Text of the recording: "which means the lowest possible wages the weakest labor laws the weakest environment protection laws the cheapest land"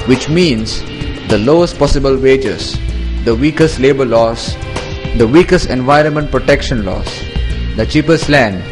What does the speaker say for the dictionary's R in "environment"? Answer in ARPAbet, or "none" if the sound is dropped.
R